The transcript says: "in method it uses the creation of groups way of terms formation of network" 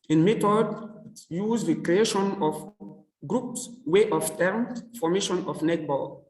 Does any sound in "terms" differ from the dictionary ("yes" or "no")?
yes